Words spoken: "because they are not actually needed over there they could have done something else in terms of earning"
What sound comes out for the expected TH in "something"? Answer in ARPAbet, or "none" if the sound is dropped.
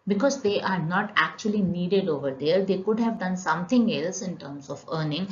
T